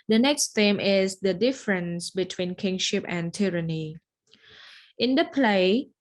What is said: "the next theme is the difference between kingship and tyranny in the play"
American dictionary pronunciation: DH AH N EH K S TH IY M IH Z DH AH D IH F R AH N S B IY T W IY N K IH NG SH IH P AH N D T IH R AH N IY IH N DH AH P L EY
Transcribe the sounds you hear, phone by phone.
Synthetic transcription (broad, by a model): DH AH N EH K S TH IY M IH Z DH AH D IH F R AH N S B IY T W IY N K IH NG SH IH P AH N T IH R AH N IY IH N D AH P L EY